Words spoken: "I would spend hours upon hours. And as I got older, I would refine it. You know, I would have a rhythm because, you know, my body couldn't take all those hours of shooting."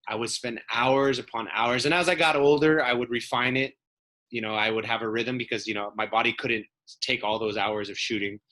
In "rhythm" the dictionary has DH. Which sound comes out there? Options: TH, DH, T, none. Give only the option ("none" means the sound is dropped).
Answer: DH